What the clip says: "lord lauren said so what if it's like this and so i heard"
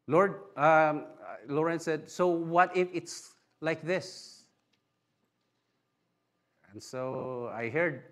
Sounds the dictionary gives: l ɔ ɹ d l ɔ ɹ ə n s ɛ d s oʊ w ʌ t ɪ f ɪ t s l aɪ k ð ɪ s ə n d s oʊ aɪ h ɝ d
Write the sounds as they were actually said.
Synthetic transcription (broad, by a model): l ɔ ɹ d l ɔ ɹ ə n s ɛ d s oʊ w ʌ t ɪ f ɪ t s l aɪ k ð ɪ s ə n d s oʊ aɪ h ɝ d